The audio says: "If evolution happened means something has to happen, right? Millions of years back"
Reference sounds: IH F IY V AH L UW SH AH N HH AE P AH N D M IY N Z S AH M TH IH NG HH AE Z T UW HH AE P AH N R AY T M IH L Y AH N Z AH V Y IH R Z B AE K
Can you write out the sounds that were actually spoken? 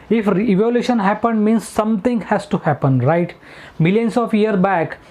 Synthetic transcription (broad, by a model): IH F IY V AH L UW SH AH N HH AE P AH N D M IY N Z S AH M T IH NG HH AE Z T UW HH AE P AH N R AY T M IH L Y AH N S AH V Y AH R B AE K